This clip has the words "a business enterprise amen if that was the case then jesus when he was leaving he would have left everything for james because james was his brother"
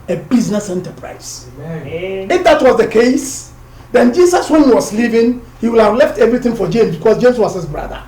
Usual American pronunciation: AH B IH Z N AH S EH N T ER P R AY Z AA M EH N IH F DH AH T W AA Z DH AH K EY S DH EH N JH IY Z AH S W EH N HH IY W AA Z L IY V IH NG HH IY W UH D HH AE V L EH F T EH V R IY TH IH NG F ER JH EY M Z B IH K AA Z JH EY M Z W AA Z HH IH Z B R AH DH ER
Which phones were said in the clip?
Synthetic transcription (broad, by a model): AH B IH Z N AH S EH N T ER P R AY AA IH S IH F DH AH T W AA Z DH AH K EY S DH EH N JH IY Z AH S W EH N HH IY W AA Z L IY V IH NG HH IY W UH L HH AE V L EH F T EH V R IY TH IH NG F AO JH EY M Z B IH K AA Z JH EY M S W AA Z HH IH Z B R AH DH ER